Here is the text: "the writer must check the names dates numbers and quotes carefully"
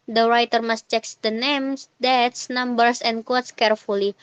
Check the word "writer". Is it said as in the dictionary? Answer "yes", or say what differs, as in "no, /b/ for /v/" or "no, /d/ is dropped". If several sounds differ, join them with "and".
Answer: yes